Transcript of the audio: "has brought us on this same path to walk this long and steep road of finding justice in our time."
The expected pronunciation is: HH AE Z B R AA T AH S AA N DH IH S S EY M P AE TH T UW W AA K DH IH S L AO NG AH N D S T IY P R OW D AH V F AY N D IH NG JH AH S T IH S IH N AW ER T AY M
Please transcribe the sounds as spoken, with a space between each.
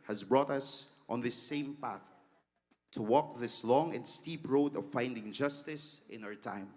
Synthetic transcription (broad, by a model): HH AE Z B R AA T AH S AA N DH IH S S EY M P AE TH T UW W AA K DH IH S L AO NG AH N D S T IY P R OW D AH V F AY N D IH NG JH AH S T IH S IH N AW ER T AY M